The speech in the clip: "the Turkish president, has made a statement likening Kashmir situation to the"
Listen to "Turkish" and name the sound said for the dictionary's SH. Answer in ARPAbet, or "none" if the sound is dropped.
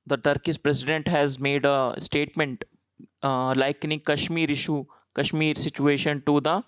S